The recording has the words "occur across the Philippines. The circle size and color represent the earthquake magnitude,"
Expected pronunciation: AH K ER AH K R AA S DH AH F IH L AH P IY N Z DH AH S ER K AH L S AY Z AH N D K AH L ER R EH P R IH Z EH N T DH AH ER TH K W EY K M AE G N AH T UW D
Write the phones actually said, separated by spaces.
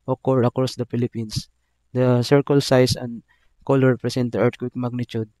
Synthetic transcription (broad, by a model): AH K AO AH K R AA S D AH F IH L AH P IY N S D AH S ER K AH L S AY S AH N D K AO L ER R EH P R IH S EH N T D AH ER T K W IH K M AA G N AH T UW D